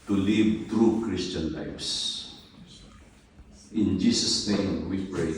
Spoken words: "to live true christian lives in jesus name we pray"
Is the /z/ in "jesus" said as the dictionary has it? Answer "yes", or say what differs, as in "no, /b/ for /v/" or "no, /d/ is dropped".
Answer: no, /s/ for /z/